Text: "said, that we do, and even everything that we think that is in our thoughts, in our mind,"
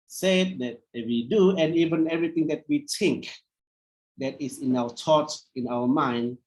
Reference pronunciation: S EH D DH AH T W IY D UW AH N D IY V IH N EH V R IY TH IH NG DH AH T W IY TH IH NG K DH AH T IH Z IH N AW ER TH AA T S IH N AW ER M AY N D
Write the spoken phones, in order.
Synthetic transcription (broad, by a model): S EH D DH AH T W IY D UW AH N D IY V IH N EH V R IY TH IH NG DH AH T W IY T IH NG K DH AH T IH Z IH N AW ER T AA T IH N AW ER M AY N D